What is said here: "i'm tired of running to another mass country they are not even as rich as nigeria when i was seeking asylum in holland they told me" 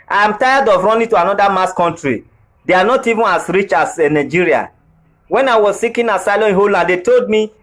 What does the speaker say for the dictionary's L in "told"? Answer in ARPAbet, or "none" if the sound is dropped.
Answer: L